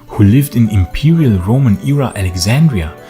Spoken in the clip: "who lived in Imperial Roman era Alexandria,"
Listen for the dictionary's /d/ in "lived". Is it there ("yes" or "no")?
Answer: yes